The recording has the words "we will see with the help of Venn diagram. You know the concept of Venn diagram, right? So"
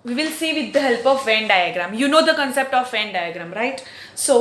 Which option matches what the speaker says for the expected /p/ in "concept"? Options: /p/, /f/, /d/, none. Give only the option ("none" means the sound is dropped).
/p/